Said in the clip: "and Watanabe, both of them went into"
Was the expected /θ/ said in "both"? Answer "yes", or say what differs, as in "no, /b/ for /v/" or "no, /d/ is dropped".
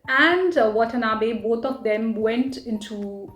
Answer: no, /t/ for /θ/